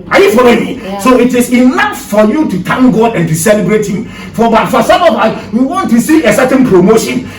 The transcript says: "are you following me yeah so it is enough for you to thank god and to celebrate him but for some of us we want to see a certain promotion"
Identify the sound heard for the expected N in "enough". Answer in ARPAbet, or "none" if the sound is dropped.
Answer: L